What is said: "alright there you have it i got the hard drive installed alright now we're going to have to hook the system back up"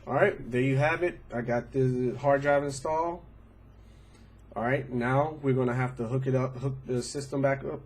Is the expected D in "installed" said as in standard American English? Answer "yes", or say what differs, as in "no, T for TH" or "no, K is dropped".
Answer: no, D is dropped